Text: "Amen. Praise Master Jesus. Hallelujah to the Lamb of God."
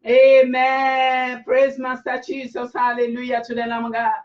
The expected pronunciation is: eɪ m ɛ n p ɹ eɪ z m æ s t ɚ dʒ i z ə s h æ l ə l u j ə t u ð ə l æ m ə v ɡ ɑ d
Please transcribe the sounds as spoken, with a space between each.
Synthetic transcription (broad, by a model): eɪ m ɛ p ɹ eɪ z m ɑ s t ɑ tʃ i s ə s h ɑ l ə l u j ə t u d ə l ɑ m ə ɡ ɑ